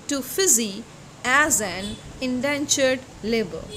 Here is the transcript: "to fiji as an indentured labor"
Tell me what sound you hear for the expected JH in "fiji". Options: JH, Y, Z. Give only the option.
Z